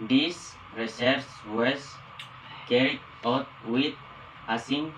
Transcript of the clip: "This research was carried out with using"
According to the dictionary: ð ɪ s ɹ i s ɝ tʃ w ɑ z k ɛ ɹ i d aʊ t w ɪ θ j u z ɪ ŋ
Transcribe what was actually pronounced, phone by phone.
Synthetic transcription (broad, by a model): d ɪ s ɹ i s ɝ s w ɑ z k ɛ ɹ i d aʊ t w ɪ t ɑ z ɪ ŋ